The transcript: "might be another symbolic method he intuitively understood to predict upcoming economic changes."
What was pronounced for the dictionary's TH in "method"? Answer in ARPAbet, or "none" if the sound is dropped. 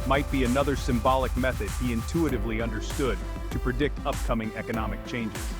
TH